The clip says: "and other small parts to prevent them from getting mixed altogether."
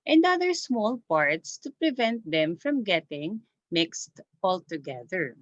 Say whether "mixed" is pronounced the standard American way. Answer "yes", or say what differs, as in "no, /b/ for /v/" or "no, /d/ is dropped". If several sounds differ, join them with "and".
yes